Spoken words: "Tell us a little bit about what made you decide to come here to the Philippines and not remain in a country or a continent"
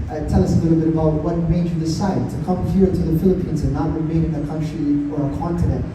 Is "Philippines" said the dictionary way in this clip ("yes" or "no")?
yes